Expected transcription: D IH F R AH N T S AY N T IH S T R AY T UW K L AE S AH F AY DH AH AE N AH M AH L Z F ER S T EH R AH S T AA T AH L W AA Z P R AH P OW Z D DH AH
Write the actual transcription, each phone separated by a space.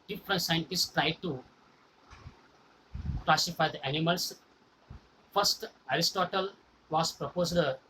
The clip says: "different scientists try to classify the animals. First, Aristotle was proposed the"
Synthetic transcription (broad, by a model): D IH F R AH N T S AY N T IH S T R AY T UW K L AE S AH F AY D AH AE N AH M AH L S F ER S T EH R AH S T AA T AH L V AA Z P R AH P OW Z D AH